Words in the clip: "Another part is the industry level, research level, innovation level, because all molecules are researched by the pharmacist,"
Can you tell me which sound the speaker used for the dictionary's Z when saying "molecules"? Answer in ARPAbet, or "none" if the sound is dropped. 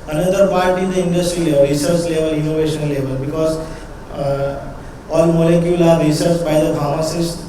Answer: none